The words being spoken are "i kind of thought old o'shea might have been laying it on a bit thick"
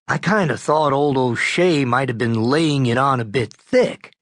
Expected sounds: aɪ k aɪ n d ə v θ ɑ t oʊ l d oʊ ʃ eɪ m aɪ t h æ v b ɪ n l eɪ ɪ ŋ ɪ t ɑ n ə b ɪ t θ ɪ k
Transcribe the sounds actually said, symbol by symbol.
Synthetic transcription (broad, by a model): aɪ k aɪ n d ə θ ɑ t oʊ l d oʊ ʃ eɪ m aɪ t h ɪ v b ɪ n l eɪ ɪ ŋ ɪ t n ə b ɪ t θ ɪ k